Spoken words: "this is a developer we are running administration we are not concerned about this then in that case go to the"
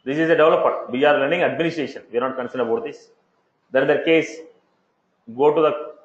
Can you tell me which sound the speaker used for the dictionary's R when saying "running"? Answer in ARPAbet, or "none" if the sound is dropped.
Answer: L